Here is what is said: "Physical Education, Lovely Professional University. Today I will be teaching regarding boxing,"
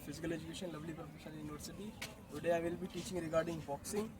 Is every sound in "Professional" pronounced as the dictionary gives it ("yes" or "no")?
no